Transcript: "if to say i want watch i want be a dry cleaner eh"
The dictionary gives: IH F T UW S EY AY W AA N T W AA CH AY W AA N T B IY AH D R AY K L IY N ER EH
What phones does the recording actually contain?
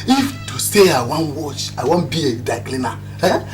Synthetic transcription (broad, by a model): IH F T UW S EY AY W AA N W AA CH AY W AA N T B IY AH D AY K L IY N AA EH